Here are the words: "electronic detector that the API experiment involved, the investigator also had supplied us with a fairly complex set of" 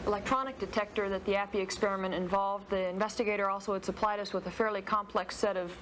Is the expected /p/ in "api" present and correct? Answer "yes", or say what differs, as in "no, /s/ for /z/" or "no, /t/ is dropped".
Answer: yes